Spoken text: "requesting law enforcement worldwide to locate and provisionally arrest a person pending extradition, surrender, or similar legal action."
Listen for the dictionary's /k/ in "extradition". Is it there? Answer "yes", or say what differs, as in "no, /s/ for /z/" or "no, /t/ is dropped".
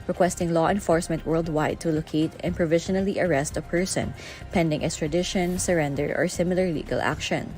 no, /k/ is dropped